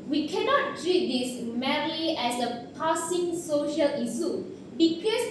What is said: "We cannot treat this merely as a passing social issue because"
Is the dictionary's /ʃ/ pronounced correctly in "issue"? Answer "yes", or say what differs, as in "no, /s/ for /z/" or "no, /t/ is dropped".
no, /s/ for /ʃ/